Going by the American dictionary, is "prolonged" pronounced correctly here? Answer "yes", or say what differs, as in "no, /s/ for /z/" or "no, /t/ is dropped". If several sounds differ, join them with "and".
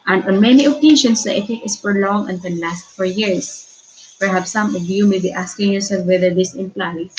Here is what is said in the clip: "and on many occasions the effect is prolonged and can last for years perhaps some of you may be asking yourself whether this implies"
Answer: no, /d/ is dropped